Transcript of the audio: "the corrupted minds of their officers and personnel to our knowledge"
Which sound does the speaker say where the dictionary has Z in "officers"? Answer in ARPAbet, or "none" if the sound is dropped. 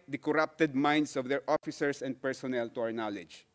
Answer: S